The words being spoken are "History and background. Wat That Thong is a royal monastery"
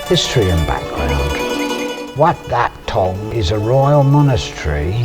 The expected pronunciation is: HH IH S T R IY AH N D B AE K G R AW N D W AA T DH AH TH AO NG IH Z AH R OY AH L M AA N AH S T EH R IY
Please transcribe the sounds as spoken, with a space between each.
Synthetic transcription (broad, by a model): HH IH S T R IY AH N B AE K G R AW N D W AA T DH AH T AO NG IH Z AH R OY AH L M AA N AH S T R IY